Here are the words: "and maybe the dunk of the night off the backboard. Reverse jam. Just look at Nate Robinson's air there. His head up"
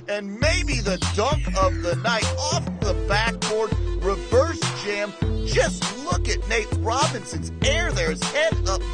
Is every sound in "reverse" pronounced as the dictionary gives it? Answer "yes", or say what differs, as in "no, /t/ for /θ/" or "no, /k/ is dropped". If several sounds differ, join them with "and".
yes